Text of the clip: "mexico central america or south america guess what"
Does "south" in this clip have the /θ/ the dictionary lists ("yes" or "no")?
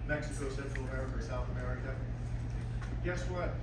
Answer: yes